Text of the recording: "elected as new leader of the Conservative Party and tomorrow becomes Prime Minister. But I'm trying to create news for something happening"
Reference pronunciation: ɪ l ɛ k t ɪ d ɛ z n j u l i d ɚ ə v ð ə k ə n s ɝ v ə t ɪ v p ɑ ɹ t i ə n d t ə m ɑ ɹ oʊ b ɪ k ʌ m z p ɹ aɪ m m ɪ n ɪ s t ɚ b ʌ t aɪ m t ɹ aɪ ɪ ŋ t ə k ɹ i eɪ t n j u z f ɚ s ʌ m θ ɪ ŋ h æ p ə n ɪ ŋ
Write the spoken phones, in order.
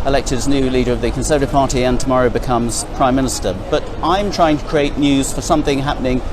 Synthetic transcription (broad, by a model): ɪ l ɛ k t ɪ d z n j u l i d ɚ ə v ð ə k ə n s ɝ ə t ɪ p ɑ ɹ t i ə n t ə m ɑ ɹ oʊ b ɪ k ʌ m z p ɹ aɪ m m ɪ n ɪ s t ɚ b ʌ t aɪ m t ɹ aɪ ɪ ŋ t ə k ɹ i eɪ t n j u z f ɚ s ʌ m θ ɪ ŋ h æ p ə n ɪ ŋ